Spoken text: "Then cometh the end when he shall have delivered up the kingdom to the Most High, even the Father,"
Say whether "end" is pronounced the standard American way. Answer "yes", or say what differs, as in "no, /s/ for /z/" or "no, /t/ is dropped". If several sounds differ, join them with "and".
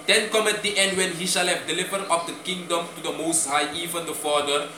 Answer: yes